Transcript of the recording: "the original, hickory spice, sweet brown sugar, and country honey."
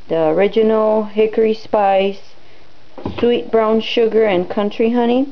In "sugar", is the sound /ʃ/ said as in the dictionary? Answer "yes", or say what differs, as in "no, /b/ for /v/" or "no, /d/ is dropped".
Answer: yes